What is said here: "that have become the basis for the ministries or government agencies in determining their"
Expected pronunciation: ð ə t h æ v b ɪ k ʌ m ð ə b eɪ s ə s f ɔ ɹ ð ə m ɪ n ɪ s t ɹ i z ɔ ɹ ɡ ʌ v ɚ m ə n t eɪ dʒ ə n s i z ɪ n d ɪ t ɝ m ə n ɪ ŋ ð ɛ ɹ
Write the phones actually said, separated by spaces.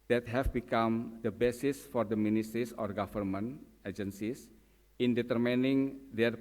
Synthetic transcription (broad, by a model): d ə t h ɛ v b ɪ k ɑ m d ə b eɪ s ə s f ɔ ɹ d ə m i n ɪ s t ɹ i s ɔ ɹ ɡ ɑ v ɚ m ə n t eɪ dʒ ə n s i s ɪ n d ɪ t ɝ m ə n ɪ ŋ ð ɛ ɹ